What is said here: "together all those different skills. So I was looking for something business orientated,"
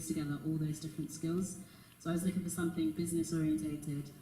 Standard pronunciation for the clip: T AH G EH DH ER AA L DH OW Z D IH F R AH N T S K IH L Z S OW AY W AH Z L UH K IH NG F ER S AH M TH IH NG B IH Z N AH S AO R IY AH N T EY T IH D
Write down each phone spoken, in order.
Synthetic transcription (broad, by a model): T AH G EH DH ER AA L DH OW Z D IH F R AH N T S K IH L Z S OW AY W AH Z L UH K IH NG F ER S AH M TH IH NG B IH Z N AH S AO R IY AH N T EY T IH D